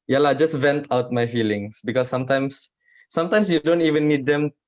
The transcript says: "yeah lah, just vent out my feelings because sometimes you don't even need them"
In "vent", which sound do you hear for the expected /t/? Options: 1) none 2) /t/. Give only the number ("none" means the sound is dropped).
2